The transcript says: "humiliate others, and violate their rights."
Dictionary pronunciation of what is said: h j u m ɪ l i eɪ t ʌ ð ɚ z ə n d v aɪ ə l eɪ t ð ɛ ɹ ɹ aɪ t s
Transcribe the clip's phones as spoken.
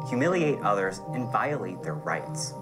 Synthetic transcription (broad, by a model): h j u m ɪ l i eɪ t ʌ ð ɚ z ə n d v aɪ ə l eɪ t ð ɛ ɹ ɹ aɪ t s